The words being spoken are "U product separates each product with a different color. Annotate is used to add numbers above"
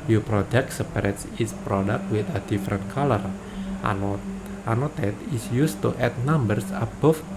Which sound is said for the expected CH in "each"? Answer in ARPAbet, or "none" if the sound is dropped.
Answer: S